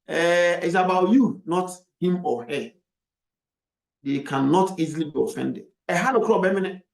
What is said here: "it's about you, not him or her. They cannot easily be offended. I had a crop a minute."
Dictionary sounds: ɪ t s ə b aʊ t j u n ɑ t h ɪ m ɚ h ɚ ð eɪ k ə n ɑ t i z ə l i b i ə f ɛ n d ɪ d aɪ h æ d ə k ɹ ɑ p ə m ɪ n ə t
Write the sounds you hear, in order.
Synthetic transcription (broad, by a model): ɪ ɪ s ə b aʊ t j u n ɑ t h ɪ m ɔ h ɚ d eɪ k ə n ɑ t i z ə l i b i ə f ɛ n d ɪ d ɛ h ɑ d ə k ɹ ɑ b ə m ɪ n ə